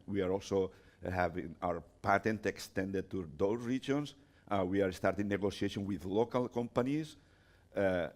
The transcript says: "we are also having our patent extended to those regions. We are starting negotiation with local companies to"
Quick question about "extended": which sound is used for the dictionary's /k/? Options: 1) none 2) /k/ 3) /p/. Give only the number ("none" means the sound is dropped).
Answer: 2